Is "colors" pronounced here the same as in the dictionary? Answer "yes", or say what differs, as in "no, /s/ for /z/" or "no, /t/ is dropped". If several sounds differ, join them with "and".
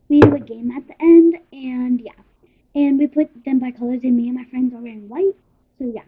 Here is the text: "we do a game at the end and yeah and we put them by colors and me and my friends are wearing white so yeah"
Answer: yes